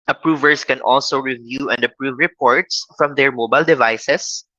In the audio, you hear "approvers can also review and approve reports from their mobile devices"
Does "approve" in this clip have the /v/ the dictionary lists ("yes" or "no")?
yes